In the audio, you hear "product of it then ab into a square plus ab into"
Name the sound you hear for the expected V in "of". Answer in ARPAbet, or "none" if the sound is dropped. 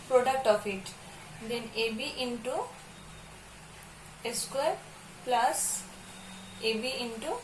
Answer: P